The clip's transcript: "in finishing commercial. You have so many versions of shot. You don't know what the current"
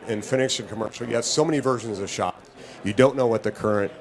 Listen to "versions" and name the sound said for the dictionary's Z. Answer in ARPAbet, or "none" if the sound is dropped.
Z